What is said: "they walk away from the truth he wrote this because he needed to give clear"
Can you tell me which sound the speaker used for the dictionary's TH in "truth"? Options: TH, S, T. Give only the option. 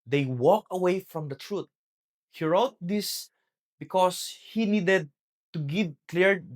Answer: T